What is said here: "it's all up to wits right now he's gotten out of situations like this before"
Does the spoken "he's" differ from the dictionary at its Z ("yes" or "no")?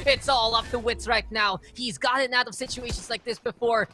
no